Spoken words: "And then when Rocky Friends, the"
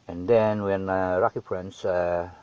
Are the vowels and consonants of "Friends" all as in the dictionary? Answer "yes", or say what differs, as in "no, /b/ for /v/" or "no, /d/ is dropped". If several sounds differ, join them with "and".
no, /p/ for /f/